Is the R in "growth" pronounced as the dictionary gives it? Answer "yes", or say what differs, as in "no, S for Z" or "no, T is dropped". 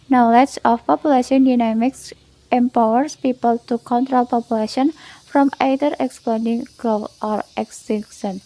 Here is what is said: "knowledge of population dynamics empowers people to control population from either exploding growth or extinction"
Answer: no, R is dropped